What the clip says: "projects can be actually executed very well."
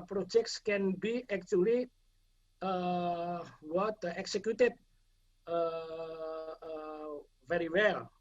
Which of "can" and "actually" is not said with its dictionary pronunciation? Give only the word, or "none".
actually